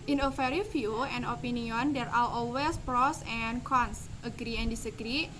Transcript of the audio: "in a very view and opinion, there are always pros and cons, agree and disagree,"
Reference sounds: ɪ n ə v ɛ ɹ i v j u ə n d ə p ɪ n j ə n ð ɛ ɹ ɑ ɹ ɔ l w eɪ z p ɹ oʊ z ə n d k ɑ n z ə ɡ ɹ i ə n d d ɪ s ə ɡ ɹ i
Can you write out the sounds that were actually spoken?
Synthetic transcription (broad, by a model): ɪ n ə f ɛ ɹ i f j u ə n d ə p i n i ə n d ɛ ɹ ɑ l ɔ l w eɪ s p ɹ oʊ s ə n k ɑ n s ə ɡ ɹ i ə n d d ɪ s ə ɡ ɹ i